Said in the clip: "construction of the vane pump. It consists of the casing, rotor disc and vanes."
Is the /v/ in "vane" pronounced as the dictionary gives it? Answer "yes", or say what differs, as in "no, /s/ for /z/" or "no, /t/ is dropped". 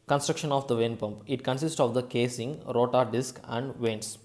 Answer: yes